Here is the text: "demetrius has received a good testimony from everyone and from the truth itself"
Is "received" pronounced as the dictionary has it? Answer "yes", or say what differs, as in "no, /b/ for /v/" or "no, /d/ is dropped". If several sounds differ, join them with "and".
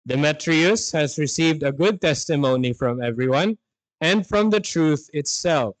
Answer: yes